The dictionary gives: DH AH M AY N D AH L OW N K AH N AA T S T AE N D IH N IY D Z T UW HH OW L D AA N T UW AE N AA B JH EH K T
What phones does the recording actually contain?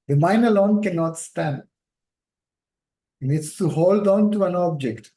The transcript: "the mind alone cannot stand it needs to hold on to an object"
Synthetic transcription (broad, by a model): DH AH M AY N AH L OW N K AH N AA T S T AE N D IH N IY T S T UW HH OW L D AA N T UW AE N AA B JH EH K T